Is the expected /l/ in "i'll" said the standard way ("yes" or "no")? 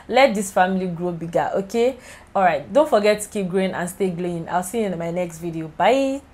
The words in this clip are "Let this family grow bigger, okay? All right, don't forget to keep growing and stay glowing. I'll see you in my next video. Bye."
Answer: yes